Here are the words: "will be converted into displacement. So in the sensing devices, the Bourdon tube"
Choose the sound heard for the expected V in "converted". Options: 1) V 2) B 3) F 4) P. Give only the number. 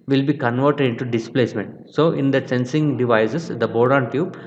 1